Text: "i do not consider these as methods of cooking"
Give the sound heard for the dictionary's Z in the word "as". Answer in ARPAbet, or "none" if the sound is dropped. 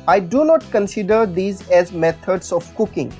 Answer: Z